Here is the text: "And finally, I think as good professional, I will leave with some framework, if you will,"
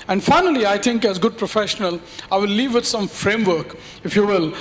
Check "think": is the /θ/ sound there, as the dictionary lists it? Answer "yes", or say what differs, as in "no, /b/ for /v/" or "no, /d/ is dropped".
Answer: no, /t/ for /θ/